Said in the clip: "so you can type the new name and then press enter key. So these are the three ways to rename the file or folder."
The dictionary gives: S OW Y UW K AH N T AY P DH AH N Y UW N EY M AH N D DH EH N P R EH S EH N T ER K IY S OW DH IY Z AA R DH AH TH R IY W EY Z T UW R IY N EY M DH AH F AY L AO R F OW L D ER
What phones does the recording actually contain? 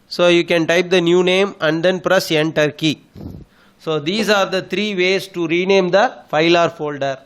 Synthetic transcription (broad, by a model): S OW Y UW K AH N T AY P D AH N Y UW N EY M AH N D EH N P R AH S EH N T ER K IY S OW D IY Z AA R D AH T R IY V EY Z T UW R IY N EY M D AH F AY L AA R F OW L D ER